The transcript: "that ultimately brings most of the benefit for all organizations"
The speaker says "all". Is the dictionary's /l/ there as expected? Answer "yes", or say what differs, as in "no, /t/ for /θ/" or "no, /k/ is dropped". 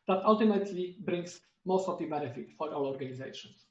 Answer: no, /w/ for /l/